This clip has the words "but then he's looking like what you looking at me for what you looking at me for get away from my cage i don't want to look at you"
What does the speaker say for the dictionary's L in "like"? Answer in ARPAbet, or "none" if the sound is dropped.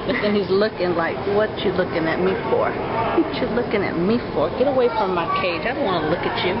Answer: L